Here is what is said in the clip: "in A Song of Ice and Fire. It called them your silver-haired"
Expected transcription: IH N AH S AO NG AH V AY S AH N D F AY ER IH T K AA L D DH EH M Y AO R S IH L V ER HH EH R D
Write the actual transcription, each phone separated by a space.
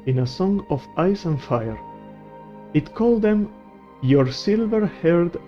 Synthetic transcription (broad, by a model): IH N AH S AO NG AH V AY S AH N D F AY ER IH T K AA L D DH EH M Y AO R S IH L V ER HH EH R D